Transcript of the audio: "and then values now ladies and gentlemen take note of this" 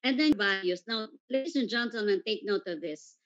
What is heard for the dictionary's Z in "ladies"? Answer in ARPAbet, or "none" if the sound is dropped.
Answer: S